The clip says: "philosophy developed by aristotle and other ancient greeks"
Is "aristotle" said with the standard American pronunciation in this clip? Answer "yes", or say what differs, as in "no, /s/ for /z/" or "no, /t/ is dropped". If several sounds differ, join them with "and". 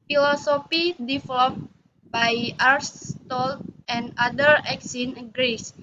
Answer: no, /n/ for /l/